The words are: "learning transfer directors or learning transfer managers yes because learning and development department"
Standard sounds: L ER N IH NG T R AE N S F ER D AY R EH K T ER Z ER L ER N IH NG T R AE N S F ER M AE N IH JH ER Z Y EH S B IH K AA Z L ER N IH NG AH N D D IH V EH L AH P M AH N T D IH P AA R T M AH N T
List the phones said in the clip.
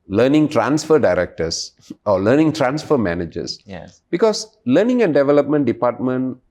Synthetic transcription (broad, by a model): L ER N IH NG T R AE N S F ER D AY R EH K T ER S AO L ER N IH NG T R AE N S F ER M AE N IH JH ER S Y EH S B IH K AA S L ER N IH NG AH N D D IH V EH L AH P M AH N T D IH P AA T M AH N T